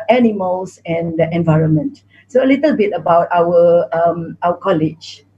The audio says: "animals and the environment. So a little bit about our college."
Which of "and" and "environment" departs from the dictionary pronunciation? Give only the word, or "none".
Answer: none